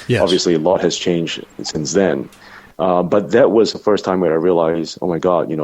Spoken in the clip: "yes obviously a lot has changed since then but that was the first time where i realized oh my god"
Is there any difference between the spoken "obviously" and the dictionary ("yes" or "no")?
no